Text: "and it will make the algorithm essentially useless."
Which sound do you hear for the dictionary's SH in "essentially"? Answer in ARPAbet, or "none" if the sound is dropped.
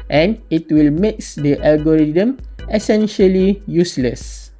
SH